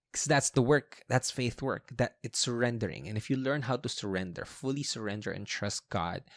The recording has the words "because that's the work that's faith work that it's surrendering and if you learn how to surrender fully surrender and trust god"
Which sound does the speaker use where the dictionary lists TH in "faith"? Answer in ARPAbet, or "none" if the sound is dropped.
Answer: TH